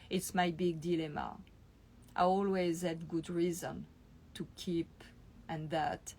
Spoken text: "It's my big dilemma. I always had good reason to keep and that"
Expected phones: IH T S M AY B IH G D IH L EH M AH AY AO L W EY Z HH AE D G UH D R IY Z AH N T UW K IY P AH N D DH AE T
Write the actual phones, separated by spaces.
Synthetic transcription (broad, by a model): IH T S M AY B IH G D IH L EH M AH AY AO L W EY Z HH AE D G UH D R IY Z AH N T UW K IY P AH N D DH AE T